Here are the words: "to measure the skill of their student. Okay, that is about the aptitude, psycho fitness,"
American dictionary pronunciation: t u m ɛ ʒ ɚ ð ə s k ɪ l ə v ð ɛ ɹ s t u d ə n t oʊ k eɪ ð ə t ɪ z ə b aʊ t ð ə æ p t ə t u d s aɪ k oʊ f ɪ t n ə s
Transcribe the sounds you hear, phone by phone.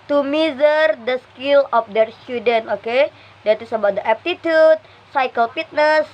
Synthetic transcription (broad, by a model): t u m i z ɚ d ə s k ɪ l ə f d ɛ ɹ s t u d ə n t oʊ k eɪ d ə t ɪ s ə b aʊ t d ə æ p t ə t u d s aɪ k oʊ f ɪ t n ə s